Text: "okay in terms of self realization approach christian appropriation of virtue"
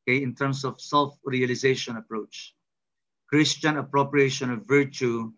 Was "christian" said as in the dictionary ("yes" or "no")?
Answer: yes